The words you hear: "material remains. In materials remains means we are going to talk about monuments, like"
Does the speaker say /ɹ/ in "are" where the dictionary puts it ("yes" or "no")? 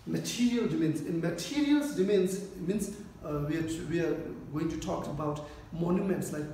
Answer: no